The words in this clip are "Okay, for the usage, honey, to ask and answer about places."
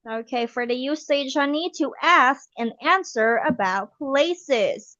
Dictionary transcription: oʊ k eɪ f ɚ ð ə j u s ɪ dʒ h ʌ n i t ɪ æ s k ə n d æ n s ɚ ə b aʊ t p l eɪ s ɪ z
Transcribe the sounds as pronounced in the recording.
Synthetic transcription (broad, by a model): oʊ k eɪ f ɚ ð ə j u s ɪ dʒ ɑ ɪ n i t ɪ æ s k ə n æ n s ɚ ə b aʊ t p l eɪ s ɪ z